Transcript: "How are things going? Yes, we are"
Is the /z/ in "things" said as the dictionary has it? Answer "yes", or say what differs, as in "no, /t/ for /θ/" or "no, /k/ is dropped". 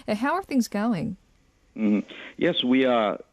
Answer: yes